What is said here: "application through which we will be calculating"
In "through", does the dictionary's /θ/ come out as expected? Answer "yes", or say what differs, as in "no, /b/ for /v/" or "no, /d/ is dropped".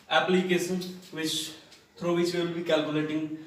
no, /t/ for /θ/